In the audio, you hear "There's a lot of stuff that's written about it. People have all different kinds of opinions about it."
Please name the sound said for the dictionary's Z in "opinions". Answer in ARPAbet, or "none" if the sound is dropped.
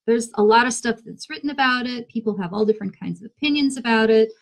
Z